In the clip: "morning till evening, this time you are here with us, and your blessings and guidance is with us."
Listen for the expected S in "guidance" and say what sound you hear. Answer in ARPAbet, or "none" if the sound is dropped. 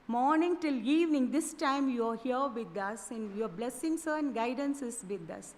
S